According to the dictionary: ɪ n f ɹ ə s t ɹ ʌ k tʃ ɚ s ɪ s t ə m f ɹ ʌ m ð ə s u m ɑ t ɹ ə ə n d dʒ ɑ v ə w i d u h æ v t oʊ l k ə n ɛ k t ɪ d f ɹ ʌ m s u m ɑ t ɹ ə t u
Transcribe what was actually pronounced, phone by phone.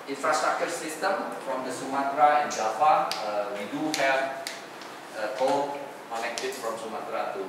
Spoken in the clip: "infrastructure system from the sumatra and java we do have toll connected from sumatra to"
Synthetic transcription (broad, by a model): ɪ n f ɹ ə s t ɹ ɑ k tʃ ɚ s ɪ s t ə m f ɹ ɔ m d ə s u m ɑ t ɹ ə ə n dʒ ɑ f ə w i d u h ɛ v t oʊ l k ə n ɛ k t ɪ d f ɹ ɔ m s u m ɑ t ɹ ə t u